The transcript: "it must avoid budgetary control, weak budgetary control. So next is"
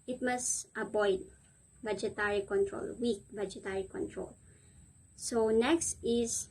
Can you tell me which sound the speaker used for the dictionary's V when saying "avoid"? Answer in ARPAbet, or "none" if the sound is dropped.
B